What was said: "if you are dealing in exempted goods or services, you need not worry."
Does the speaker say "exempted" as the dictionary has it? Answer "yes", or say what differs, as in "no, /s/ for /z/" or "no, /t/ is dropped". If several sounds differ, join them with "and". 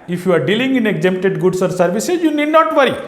no, /p/ is dropped